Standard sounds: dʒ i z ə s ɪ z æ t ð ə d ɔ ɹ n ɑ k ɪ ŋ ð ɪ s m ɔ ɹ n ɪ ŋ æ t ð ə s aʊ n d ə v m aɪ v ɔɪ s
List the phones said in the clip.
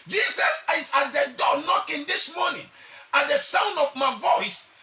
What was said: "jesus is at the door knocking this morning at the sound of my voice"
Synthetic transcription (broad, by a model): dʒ i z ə s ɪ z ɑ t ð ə d ɔ n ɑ k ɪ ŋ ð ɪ s m ɔ n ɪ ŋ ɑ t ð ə s aʊ n d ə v m aɪ v ɔɪ s